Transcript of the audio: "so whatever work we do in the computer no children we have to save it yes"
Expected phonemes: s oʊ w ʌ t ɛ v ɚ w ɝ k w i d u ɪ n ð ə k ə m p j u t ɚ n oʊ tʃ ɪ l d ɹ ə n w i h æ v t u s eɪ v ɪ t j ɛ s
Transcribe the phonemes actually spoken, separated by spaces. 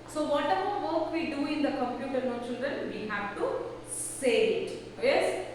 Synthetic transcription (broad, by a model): s oʊ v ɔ t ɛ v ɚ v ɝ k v i d u ɪ n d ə k ə m p j u t ɚ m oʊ tʃ ɪ l d ɹ ə n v i h æ v t u s eɪ ɪ t j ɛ s